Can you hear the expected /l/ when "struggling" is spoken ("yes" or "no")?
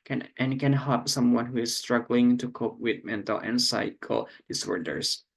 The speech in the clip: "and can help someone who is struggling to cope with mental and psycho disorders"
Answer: yes